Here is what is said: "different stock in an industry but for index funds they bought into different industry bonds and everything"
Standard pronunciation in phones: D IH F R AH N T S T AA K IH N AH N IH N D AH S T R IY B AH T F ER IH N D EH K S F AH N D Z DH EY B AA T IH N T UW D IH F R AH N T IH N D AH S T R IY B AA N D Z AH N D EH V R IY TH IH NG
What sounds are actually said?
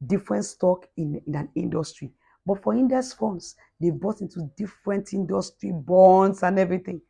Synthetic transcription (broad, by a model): D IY F R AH N T S T AA K IH N AH N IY N D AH S T R IY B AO T F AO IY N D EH S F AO N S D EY B AA T IH N T UW D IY F R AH N T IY N D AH S T R IY B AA N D S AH N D EH V R IY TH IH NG